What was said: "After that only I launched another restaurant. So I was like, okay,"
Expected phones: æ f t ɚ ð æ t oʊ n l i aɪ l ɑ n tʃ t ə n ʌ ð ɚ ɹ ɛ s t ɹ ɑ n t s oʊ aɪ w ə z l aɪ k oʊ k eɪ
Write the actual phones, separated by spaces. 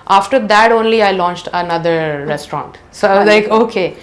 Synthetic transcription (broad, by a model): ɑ f t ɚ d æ t oʊ n l i aɪ l ɑ n tʃ t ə n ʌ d ɚ ɹ ɛ s t ɹ ɑ n t s oʊ aɪ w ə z l aɪ k oʊ k eɪ